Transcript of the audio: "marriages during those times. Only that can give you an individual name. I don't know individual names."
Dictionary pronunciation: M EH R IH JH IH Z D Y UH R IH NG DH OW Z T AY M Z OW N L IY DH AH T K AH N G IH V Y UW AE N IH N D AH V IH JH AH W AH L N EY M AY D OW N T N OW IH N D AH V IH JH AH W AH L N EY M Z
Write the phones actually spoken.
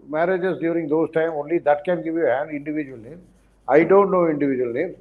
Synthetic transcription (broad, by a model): M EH R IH JH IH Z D Y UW R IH NG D OW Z T AY M OW N L IY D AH T K AH N G IH V Y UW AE N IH N D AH V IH JH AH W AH L N EY M AY D OW N T N OW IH N D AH V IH JH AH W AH L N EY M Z